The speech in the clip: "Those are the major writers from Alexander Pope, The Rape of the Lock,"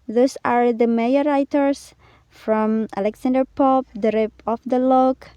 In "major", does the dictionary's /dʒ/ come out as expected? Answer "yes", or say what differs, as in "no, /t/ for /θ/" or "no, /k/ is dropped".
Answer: no, /dʒ/ is dropped